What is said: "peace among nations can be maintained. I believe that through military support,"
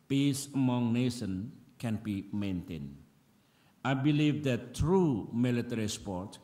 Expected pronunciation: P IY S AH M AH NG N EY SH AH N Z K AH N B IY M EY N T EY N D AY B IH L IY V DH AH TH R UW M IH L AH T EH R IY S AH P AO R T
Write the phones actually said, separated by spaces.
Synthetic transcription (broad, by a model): P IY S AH M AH NG N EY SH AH N K AH N B IY M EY N T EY N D AY B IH L IY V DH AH T R UW M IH L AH T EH R IY S P AO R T